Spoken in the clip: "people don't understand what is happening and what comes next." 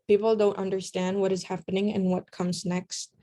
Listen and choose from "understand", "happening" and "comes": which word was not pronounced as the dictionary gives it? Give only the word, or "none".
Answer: none